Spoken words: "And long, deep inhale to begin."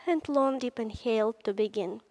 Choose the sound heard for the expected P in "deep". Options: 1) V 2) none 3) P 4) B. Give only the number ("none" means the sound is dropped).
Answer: 3